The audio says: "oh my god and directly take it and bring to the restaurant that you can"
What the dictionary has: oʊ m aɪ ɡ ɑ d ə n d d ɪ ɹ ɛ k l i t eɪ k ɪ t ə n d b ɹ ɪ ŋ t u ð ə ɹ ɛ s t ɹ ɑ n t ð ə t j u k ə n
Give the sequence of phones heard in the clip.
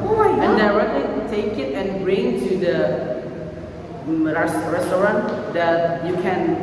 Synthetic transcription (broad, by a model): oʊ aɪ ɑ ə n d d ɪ ɹ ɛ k l i t eɪ k ɪ t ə n b ɹ ɪ ŋ t u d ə ɹ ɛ s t ɹ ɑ n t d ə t j u k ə n